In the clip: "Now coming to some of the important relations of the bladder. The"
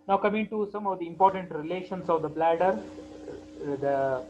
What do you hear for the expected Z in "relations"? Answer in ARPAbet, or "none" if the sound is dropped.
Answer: S